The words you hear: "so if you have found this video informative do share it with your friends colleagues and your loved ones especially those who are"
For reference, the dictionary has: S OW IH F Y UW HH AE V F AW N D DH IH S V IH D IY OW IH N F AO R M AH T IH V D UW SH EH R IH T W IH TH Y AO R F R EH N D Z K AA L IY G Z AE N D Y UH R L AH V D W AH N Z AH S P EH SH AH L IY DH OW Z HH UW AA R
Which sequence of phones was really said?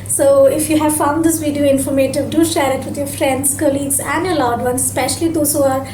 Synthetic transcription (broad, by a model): S OW IH F Y UW HH AE V F AW N D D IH S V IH D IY OW IH N F AO R M AH T IH V D UW SH EH R IH T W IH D Y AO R F R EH N D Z K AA L IY G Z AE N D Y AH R L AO D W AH N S S P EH SH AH L IY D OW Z HH UW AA R